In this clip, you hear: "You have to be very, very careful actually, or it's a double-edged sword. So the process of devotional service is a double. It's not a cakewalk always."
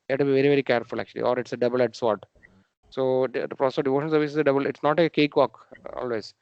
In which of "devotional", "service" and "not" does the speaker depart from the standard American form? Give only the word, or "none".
devotional